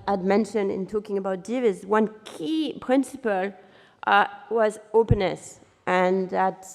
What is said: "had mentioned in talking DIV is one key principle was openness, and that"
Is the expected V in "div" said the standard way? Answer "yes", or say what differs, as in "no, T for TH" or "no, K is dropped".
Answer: yes